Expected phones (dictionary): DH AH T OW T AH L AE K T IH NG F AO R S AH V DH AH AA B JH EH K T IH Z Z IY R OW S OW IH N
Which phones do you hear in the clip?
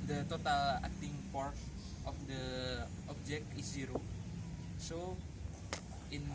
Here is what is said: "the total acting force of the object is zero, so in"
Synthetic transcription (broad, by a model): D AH T OW T AH L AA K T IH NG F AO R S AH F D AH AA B JH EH K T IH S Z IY R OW S OW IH N